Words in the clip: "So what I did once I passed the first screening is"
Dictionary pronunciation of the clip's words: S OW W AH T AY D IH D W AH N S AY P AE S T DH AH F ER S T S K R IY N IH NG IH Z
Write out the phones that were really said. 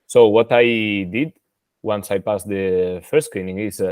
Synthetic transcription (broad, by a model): S OW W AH T AY D IH D W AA N S AY P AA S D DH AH F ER T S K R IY N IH NG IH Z